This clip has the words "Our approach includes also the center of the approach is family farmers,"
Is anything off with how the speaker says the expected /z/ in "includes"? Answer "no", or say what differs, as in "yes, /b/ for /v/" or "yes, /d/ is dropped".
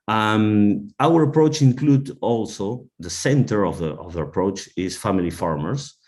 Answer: yes, /z/ is dropped